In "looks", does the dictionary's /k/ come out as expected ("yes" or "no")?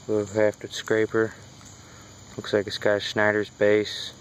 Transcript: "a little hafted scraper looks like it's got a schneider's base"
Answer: yes